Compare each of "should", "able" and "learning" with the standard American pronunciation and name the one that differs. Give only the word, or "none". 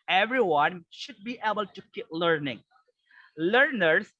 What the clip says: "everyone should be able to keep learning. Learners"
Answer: none